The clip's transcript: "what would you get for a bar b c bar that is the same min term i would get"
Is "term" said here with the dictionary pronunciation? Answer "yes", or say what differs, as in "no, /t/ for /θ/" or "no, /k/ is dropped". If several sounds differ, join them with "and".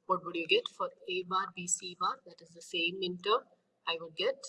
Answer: no, /m/ is dropped